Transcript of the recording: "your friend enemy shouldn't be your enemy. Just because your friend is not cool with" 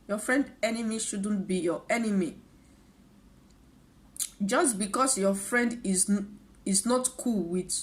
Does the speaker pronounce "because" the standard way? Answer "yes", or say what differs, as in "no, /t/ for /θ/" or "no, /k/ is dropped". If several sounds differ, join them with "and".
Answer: no, /s/ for /z/